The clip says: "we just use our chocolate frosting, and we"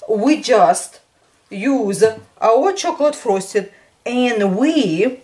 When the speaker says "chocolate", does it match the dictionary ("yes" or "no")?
yes